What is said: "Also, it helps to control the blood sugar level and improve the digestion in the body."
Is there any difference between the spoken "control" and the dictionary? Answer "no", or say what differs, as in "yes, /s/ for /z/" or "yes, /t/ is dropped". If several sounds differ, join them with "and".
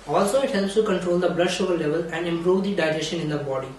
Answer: no